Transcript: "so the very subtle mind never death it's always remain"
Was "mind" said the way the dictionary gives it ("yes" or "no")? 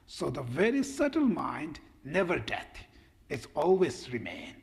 yes